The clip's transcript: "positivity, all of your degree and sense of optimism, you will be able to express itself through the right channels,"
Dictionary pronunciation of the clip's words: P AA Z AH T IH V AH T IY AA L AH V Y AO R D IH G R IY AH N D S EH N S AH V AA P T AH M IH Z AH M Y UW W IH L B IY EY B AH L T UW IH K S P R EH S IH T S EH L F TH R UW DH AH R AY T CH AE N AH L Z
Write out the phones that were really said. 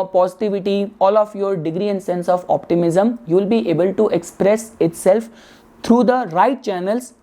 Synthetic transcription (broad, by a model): P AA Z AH T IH V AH T IY AA L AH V Y AO R D IH G R IY AH N D S EH N S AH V AA P T AH M IH Z AH M Y UW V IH L B IY EY B AH L T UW IH K S P R EH S IH T S EH L F T R UW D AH R AY T CH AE N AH L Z